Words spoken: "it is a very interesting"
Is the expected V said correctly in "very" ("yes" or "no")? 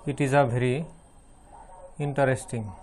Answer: no